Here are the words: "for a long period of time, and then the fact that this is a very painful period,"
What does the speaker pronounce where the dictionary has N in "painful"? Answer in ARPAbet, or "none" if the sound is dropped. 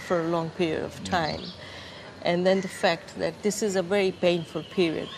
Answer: N